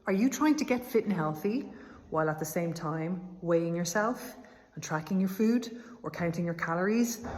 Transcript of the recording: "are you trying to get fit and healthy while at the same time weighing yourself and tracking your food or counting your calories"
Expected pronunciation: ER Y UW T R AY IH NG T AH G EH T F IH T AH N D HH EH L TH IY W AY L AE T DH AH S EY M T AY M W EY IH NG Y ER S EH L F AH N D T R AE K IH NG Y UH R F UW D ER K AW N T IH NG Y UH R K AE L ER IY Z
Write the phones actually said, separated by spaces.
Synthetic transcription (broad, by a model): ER Y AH T R AY IH NG T AH G EH T F IH T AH N HH EH L TH IY W AY L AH T DH AH S EY M T AY M W EY IH NG Y ER S EH L F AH N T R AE K IH NG Y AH R F UW D ER K AW N T IH NG Y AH R K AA L ER IY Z